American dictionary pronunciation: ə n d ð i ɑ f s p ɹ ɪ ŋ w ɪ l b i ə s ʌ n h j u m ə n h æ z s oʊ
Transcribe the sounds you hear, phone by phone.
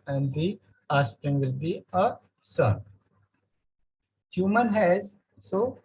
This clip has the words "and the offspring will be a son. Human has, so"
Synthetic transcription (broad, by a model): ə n d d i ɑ s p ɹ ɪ ŋ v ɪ l b i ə s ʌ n h j u m ə n h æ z s oʊ